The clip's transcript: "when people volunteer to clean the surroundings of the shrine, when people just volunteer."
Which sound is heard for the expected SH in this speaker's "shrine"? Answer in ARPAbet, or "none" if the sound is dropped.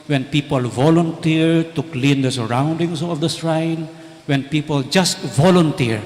S